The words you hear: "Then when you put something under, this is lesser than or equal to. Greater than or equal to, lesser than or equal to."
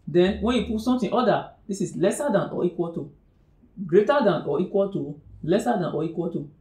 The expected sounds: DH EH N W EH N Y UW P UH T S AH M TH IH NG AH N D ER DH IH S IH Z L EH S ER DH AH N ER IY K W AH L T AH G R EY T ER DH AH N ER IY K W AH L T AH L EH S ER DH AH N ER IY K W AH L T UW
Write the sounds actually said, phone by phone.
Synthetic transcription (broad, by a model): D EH N W EH N Y UW P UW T S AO M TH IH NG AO D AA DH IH S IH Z L EH S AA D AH N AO IY K W AH L T AH G R EY T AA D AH N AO IY K W AH L T AH L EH S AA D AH N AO IY K W AH L T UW